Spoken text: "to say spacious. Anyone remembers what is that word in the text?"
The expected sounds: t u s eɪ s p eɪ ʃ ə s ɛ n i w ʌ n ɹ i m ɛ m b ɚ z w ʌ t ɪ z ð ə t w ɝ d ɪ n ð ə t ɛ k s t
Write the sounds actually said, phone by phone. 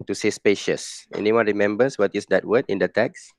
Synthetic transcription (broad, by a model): t u s eɪ s p eɪ ʃ ə s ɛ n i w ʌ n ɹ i m ɛ m b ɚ s w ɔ t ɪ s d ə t w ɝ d ɪ n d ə t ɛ k s